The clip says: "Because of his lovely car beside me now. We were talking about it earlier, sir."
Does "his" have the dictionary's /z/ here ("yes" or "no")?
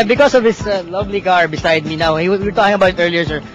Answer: no